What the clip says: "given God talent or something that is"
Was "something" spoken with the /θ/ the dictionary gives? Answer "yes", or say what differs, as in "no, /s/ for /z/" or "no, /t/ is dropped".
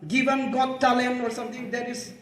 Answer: no, /t/ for /θ/